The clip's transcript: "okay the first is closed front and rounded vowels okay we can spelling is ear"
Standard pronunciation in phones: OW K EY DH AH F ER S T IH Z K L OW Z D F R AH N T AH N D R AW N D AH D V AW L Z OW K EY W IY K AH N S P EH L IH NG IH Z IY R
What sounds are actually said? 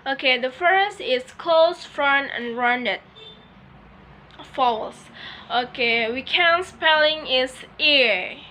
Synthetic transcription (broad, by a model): OW K EY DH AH F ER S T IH S K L OW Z F R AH N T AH N R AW N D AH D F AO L S OW K EY W IY K AH N S P EH L IH NG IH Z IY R